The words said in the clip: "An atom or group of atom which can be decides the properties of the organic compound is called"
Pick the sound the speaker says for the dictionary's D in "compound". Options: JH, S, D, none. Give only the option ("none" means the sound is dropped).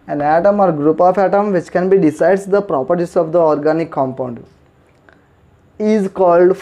D